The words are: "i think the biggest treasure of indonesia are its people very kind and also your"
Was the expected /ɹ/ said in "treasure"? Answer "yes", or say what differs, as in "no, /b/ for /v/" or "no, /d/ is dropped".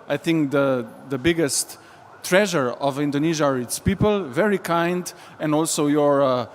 yes